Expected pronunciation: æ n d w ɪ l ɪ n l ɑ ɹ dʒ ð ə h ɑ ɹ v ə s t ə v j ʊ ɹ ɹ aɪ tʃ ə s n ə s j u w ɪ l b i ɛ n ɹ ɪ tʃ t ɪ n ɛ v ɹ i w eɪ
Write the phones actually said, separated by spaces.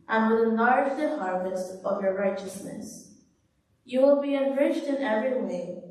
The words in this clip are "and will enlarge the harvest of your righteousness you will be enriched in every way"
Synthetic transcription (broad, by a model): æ n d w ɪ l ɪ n ɑ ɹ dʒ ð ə h ɑ ɹ v ə s t ə v j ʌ ɹ ɹ aɪ tʃ ə s n ə s j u w ɪ l b i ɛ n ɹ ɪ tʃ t ɪ n ɛ v ɹ i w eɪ